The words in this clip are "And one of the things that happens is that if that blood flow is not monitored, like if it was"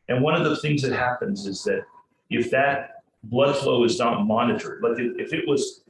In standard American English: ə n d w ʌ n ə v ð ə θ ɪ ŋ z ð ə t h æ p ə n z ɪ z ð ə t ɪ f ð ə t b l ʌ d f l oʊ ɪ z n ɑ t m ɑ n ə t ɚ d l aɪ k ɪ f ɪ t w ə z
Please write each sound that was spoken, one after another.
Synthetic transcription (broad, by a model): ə n w ʌ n ə v ð ə θ ɪ ŋ z ð ə t h æ p ə n z ɪ z ð ə t ɪ f ð ə t b l ʌ d f l oʊ ɪ z n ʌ t m ɑ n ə t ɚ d l aɪ k ɪ f ɪ t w ə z